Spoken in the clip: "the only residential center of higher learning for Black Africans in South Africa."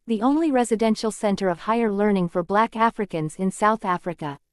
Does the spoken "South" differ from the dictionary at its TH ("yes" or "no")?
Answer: no